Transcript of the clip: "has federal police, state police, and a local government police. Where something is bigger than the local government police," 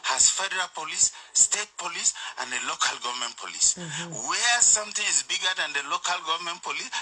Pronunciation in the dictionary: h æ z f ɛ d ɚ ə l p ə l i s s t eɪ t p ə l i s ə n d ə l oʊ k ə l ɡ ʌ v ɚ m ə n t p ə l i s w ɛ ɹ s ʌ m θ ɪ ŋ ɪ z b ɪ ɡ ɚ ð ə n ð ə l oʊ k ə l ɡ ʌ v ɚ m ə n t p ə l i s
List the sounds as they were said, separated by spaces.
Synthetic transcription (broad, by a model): h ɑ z f ɛ d ɚ ə l p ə l i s s t eɪ t p ə l i s ə n d ə l oʊ k ə l ɡ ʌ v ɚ m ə n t p ə l i s w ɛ s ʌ m t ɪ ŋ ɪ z b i ɡ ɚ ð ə n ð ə l oʊ k ə l ɡ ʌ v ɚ m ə n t p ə l i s